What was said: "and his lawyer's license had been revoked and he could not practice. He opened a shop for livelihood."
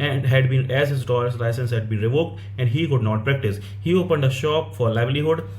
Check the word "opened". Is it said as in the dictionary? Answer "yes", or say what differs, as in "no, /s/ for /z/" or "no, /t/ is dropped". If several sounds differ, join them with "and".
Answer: yes